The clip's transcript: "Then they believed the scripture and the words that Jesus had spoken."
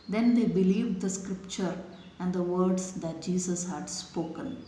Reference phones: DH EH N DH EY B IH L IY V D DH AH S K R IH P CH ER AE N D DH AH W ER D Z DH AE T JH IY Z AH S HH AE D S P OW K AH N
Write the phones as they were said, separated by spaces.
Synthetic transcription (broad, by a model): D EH N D EY B IH L IY V D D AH S K R IH P CH ER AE N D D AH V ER D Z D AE T JH IY S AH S HH AE D S P OW K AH N